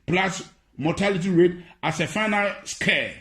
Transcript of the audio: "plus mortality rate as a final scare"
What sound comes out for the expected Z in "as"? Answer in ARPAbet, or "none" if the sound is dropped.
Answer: S